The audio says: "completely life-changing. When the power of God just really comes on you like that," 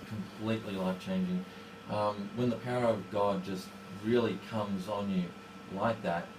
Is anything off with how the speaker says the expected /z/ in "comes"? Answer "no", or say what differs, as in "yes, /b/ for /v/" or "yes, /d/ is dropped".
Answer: no